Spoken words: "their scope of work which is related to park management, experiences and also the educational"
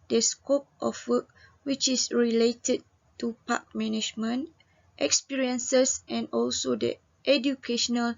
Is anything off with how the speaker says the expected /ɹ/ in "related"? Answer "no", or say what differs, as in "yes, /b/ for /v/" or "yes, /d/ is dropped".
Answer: no